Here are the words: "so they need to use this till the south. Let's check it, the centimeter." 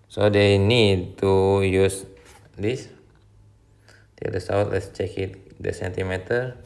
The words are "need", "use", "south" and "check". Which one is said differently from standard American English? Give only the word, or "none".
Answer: south